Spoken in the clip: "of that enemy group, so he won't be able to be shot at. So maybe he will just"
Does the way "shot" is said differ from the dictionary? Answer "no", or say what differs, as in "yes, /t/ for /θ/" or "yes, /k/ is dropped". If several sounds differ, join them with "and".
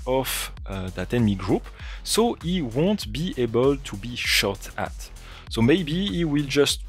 no